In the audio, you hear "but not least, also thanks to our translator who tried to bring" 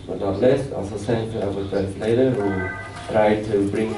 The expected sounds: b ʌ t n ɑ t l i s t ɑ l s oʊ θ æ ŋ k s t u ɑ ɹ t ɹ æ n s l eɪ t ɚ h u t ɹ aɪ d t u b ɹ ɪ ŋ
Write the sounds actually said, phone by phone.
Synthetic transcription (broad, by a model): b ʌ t n ɑ t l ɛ s ɑ l s oʊ s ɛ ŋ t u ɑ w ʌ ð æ s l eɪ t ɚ h u t ɹ aɪ d t u b ɹ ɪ ŋ